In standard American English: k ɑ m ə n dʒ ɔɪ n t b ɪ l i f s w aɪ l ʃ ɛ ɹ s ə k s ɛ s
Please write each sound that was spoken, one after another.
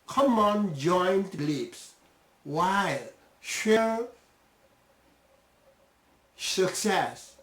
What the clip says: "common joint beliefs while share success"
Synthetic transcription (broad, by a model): k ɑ m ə n dʒ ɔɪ n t l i p s w aɪ l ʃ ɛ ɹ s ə k s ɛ s